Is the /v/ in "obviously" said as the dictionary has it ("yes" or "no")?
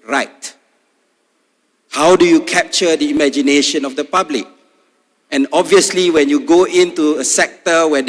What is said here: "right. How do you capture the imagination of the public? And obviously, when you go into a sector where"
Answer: yes